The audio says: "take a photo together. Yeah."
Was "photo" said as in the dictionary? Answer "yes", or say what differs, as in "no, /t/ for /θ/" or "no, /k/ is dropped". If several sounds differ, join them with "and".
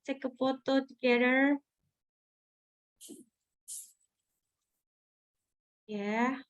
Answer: no, /p/ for /f/